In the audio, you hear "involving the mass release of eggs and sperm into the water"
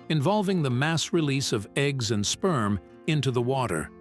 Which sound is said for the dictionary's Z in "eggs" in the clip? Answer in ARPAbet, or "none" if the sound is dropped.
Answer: Z